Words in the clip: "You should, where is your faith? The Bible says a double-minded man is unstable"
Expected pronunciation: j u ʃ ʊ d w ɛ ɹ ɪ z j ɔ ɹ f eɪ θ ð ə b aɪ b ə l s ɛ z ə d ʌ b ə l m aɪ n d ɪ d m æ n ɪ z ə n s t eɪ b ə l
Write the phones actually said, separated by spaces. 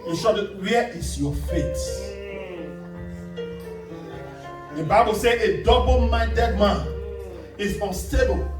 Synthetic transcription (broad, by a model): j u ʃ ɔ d w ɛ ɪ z j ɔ f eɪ t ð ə b aɪ b ə l s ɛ ə d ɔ b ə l m aɪ n d ɪ d m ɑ n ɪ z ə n s t eɪ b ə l